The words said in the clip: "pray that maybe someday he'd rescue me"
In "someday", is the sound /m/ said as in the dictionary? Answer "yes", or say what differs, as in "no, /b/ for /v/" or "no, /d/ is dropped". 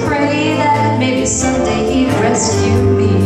no, /m/ is dropped